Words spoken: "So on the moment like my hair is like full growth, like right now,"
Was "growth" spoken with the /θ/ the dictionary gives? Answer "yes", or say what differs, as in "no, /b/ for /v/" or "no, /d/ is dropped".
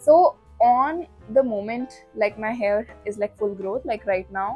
no, /t/ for /θ/